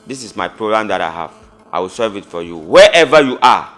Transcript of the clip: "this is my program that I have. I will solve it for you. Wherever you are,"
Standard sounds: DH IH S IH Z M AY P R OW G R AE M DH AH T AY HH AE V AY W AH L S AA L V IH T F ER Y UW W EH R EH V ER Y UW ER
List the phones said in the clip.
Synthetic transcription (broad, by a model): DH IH S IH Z M AY P R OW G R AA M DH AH T AY HH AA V AY W AH L S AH V IH T F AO Y UW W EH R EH V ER Y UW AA